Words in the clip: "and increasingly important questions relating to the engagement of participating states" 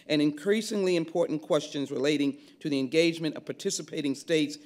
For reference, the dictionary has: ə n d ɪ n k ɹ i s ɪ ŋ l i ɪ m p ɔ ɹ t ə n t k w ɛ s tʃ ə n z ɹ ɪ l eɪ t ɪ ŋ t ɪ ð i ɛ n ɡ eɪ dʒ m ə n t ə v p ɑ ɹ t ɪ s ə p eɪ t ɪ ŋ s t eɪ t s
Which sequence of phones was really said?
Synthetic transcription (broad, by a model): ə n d ɪ n k ɹ i s ɪ ŋ l i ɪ m p ɔ ɹ t n k w ɛ s tʃ ə n z ɹ ɪ l eɪ t ɪ ŋ t ɪ ð i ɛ n ɡ eɪ dʒ m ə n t ə v p ɑ ɹ t ɪ s ə p eɪ t ɪ ŋ s t eɪ t s